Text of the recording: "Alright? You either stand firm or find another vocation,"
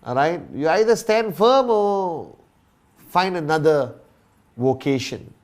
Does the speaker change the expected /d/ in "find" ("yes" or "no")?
no